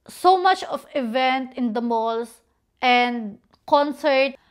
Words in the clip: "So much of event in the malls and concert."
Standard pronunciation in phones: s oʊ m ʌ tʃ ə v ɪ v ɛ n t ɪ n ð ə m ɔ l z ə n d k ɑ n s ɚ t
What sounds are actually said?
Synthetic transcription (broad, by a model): s oʊ m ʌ tʃ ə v ɪ v ɛ n t ɪ n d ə m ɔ l s ə n d k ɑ n s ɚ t